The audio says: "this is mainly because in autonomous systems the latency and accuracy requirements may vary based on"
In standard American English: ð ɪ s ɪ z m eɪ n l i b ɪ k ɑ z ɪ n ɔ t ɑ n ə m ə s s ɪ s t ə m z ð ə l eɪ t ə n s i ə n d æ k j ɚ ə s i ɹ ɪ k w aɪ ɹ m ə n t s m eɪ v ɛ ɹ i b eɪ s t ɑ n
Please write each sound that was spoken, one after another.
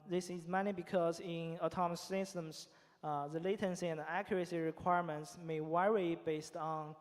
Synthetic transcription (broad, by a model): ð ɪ s ɪ z m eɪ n i b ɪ k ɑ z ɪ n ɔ t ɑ m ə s s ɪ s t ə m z ð ə l eɪ t ə n s i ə n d æ k j ɚ ə s i ɹ ɪ k w aɪ ɹ m ə n t s m eɪ w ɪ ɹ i b eɪ s t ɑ n